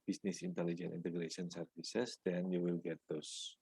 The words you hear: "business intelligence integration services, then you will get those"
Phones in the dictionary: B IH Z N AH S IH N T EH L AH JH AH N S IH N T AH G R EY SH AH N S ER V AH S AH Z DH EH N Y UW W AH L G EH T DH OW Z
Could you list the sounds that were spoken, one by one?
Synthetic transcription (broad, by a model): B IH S N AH S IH N T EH L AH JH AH N IY N T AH G R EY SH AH N S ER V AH S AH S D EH N Y UW W AH L G EH T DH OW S